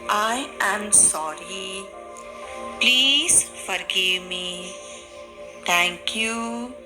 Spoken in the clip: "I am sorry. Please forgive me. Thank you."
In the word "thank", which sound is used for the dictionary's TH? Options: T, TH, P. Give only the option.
T